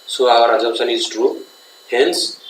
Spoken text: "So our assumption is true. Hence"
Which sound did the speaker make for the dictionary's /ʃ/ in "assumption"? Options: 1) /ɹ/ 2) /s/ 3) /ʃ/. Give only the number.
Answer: 2